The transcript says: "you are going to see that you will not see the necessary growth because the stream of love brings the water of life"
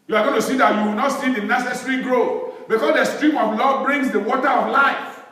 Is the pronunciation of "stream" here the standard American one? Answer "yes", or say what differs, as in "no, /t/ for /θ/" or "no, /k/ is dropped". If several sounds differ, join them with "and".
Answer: yes